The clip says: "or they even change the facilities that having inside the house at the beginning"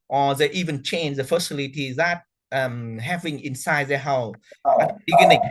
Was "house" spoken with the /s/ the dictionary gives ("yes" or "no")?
no